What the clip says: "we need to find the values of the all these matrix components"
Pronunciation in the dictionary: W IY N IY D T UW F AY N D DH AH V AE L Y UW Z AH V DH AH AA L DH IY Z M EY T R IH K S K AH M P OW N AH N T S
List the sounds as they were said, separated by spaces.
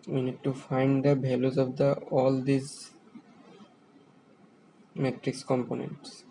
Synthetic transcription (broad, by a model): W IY N IY D T UW F AY N D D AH B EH L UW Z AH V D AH AA L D IY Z M EY T R IH K S K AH M P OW N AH N T S